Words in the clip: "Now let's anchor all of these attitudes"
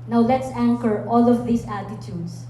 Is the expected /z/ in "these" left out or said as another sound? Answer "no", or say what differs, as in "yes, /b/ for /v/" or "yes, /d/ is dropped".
yes, /s/ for /z/